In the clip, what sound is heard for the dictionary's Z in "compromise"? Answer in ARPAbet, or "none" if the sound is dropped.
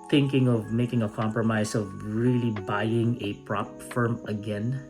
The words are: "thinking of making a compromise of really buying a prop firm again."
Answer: S